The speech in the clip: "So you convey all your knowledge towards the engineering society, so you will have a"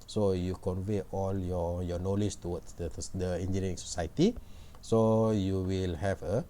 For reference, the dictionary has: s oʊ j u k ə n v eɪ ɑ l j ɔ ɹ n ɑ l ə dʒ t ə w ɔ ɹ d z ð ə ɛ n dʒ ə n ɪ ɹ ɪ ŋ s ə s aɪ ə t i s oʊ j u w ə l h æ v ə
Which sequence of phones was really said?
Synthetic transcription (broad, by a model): s oʊ j u k ə n v eɪ ɑ l j ɔ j n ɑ l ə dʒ t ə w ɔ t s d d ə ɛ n dʒ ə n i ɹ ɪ ŋ s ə s aɪ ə t i s oʊ j u w ə l h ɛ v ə